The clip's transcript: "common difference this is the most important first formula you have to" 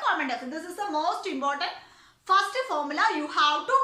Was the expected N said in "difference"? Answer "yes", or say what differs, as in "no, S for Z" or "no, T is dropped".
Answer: no, N is dropped